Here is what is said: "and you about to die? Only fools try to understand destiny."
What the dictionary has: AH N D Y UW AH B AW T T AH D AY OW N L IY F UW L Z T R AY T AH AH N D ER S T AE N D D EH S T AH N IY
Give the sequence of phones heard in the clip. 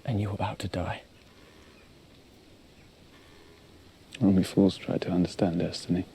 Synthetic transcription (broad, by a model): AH N Y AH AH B AW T T AH D AY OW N IY F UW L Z T R AY T AH AH N D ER S T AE N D D EH S T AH N IY